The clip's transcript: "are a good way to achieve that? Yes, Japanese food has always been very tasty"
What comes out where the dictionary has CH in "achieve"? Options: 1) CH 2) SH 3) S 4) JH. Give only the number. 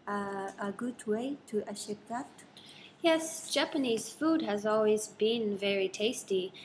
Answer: 2